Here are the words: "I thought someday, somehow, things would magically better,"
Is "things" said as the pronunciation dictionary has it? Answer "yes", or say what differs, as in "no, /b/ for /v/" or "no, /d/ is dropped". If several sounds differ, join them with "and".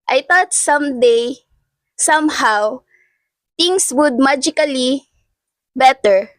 no, /t/ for /θ/ and /s/ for /z/